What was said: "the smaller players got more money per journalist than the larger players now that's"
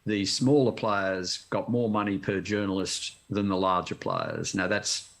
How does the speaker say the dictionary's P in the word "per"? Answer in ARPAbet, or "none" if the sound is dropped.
P